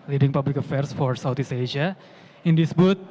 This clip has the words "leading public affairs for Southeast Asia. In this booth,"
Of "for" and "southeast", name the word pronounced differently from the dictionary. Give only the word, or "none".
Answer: southeast